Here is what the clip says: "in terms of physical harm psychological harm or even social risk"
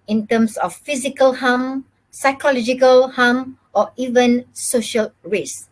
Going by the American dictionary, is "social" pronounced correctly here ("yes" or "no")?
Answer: yes